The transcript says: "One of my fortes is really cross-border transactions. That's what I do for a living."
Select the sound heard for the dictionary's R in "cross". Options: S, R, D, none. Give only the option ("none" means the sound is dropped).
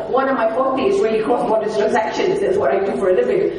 none